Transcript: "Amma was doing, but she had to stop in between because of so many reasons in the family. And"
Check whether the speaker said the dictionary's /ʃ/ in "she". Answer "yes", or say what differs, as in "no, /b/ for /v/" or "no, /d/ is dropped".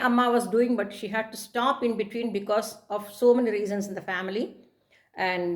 yes